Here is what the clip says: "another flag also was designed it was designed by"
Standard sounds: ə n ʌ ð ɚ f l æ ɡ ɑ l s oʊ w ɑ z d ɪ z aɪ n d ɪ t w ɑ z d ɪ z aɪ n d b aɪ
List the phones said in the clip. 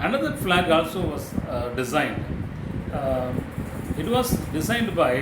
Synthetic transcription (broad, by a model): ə n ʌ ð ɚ f l æ ɡ ɑ l s oʊ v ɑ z d ɪ z aɪ n d ɪ t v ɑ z d ɪ z aɪ n d b aɪ